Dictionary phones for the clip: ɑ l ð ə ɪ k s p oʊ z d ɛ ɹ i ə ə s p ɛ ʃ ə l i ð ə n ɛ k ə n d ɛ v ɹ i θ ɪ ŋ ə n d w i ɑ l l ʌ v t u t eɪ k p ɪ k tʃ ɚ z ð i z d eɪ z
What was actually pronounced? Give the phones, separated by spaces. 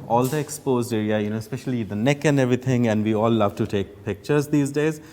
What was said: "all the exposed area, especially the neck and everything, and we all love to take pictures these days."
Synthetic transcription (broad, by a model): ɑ l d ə ɪ k s p oʊ z d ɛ ɹ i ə ə s p ɛ ʃ ə l i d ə n ɛ k ə n d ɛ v ɹ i t ɪ ŋ ə n d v i ɑ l l ʌ v t u t eɪ k p ɪ k tʃ ɚ z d i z d eɪ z